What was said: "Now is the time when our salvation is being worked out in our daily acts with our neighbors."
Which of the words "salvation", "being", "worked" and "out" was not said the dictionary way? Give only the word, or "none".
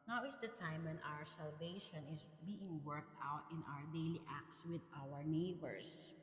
none